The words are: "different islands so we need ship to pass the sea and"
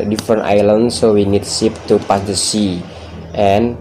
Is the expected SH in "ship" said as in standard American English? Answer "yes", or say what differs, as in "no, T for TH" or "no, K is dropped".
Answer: no, S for SH